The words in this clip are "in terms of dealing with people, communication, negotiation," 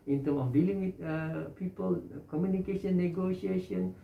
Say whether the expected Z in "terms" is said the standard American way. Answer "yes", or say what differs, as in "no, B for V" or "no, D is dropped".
no, Z is dropped